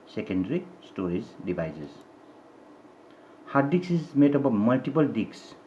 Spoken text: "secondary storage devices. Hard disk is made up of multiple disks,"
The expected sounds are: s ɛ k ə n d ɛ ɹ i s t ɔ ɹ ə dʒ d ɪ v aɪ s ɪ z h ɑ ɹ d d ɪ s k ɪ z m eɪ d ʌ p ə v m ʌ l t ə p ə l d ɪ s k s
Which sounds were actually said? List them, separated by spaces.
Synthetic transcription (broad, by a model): s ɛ k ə n d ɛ ɹ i s t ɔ ɹ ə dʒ d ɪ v aɪ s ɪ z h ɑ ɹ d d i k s ɪ z m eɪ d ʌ b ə m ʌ l t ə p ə l d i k s